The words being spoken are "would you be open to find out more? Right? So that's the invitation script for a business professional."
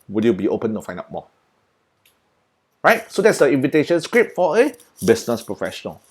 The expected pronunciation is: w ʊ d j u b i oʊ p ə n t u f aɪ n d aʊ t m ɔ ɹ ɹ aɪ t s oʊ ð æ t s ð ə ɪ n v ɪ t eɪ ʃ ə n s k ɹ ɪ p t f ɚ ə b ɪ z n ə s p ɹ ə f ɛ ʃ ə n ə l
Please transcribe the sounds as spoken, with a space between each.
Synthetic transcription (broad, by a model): w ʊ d j u b i oʊ p ə n t u f aɪ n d aʊ t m ɔ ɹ ɹ aɪ t s oʊ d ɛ t s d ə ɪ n v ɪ t eɪ ʃ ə n s k ɹ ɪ p f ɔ ə b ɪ s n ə s p ɹ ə f ɛ ʃ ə n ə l